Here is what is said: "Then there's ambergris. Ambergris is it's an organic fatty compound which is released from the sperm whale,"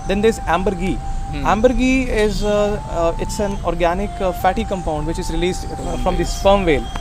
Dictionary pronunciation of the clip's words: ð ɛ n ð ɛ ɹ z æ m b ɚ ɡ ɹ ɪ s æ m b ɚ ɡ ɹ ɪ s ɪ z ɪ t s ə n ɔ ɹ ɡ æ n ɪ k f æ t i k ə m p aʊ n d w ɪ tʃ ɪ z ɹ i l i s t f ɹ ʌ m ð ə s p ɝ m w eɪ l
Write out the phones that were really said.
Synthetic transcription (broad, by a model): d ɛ n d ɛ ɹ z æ m b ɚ ɡ ɪ æ m b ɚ ɡ ɪ ɪ z ɪ t s ə n ɔ ɹ ɡ æ n ɪ k f æ t i k ə m p aʊ n d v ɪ tʃ ɪ z ɹ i l i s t f ɹ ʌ m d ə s f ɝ m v eɪ l